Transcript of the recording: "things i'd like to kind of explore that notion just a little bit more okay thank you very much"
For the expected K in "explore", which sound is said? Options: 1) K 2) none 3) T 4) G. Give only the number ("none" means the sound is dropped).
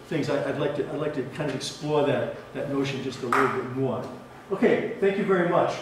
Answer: 1